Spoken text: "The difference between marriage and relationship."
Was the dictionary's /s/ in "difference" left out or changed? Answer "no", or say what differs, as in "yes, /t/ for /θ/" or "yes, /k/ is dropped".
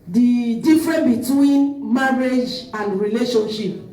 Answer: yes, /s/ is dropped